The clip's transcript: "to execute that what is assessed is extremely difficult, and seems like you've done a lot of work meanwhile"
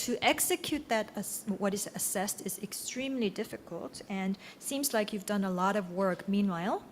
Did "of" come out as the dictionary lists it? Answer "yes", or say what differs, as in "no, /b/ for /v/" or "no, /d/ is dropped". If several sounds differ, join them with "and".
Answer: yes